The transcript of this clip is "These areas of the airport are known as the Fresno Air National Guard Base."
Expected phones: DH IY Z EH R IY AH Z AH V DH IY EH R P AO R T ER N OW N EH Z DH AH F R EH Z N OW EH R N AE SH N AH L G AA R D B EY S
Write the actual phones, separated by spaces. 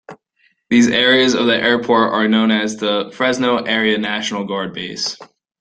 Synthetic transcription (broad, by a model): DH IY Z EH R IY AH Z AH V DH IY EH R P AO R T ER N OW N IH Z DH AH F R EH Z N OW EH R N AE SH N L G AA R D B EY S